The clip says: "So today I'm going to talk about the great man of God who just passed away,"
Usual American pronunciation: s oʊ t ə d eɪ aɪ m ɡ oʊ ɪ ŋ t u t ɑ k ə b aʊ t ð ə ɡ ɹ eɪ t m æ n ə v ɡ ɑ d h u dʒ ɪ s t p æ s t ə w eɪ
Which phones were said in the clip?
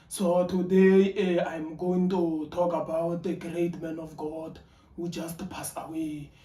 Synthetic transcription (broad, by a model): s oʊ t ə d eɪ aɪ m ɡ oʊ ɪ ŋ t u t ɑ k ə b aʊ t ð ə ɡ ɹ eɪ t m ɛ n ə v ɡ ɑ d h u dʒ ɪ s t p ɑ s ə w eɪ